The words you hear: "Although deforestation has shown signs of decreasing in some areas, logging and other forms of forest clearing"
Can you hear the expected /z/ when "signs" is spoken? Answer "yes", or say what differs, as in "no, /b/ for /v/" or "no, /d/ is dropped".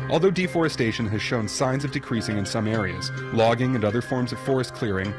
yes